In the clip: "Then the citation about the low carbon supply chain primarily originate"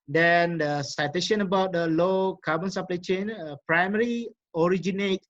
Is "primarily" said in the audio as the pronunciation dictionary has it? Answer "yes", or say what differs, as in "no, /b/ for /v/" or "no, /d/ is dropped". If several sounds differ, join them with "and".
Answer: no, /l/ is dropped